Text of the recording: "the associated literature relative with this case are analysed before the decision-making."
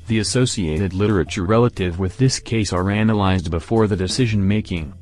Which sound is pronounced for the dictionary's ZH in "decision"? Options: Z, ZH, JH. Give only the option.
ZH